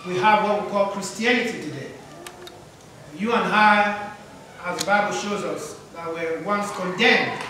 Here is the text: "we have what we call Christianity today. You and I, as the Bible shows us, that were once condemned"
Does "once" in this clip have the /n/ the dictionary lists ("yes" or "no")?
yes